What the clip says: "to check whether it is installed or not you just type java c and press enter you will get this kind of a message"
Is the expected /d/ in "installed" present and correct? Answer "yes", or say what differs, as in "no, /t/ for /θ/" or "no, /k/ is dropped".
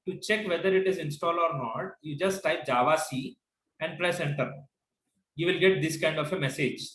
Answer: no, /d/ is dropped